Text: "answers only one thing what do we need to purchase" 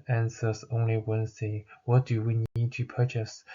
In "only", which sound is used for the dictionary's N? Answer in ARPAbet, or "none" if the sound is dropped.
N